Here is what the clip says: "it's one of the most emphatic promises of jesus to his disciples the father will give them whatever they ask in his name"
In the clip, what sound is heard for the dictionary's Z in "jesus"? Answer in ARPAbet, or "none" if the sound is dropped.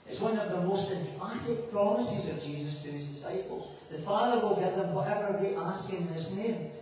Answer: Z